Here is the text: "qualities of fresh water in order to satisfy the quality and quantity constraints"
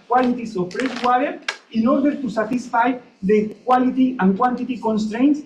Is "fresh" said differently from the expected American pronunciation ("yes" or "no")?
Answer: yes